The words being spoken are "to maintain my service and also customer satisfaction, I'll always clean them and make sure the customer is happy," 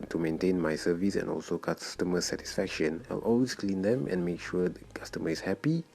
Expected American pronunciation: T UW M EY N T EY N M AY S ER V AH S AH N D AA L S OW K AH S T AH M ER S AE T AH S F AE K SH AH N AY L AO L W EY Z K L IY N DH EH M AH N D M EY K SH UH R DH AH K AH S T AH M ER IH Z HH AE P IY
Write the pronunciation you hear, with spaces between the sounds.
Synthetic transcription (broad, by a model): T UW M EY N T EY N M AY S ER V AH S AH N AA L S OW K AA S T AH M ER S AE T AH S F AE K SH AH N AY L AO L W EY S K L IY N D EH M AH N M EY K SH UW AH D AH K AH S T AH M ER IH S HH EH P IY